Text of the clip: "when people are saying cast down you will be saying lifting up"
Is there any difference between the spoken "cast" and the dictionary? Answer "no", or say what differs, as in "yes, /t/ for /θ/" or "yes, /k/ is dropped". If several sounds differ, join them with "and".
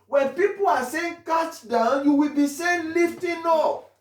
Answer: yes, /s/ is dropped